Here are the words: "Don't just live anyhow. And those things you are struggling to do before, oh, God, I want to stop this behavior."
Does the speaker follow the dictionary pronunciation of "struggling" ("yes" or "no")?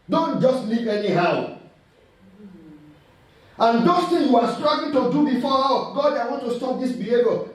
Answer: no